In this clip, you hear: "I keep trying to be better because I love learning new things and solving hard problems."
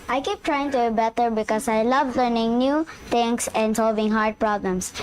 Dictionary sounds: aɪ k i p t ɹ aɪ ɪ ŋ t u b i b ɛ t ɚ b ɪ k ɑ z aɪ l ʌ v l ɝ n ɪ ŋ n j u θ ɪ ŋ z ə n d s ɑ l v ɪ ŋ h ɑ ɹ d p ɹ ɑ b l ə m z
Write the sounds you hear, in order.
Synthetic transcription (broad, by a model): aɪ k i p t ɹ aɪ ɪ ŋ t u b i b ɛ t ɚ b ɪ k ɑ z aɪ l ʌ v l ɝ n ɪ ŋ n j u t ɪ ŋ s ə n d s ɑ l v ɪ ŋ h ɑ ɹ d p ɹ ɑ b l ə m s